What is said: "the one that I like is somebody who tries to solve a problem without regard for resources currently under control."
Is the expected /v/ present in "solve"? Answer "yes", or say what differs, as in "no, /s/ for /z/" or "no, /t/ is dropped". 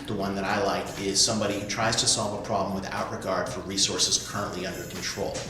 yes